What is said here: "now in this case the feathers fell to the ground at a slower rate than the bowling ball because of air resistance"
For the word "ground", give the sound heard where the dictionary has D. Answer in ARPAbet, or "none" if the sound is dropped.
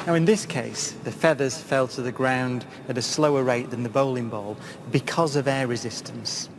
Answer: D